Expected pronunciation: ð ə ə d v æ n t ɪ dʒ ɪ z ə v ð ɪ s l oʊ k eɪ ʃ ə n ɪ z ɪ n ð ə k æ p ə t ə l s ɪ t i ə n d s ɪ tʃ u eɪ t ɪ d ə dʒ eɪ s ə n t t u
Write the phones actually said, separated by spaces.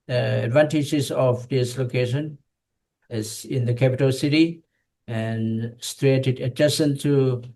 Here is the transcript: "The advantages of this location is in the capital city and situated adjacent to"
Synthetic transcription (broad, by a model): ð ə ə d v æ n t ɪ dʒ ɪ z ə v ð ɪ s l oʊ k eɪ ʃ ə n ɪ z ɪ n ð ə k æ p ə t ə l s ɪ t i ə n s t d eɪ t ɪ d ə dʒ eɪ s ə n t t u